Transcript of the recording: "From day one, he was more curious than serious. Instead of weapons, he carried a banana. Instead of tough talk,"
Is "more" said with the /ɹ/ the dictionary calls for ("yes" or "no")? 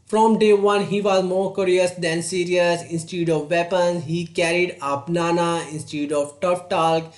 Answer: yes